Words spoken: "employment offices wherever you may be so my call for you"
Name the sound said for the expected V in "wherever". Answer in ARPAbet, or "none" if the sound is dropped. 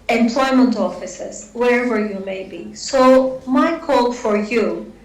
V